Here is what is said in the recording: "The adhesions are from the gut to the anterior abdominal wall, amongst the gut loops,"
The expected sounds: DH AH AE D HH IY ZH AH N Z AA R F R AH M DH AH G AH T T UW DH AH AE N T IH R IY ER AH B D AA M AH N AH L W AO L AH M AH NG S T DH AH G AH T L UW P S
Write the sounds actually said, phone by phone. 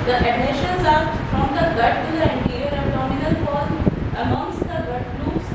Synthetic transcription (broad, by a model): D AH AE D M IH SH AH N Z AA R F R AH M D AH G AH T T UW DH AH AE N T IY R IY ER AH D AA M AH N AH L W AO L AH M AH NG S T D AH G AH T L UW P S